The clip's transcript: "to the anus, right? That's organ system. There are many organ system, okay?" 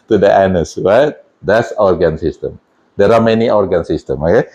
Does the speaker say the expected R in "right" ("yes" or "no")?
no